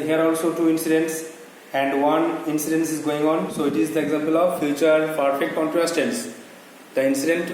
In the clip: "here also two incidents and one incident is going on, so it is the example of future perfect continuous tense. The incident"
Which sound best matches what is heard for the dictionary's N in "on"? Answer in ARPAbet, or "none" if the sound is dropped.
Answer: N